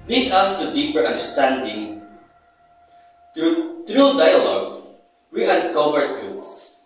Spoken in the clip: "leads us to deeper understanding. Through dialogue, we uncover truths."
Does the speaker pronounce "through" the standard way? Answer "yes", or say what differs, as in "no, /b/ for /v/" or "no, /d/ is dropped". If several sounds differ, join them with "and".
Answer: no, /t/ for /θ/